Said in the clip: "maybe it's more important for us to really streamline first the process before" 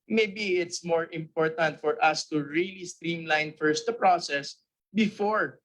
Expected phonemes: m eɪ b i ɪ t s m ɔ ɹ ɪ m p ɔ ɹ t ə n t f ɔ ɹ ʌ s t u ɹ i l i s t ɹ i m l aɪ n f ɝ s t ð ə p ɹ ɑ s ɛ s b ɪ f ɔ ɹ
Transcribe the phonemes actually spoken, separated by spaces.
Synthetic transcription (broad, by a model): m eɪ b i ɪ t s m ɔ ɹ ɪ m p ɔ ɹ t ə n t f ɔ ɹ ʌ s t u ɹ i l i s t ɹ i m l aɪ n f ɝ s t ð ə p ɹ ɑ s ɛ s b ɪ f ɔ ɹ